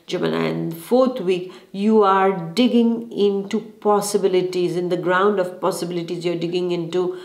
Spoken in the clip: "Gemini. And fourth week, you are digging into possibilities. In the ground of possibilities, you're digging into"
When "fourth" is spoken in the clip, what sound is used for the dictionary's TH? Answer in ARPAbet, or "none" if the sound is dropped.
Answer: T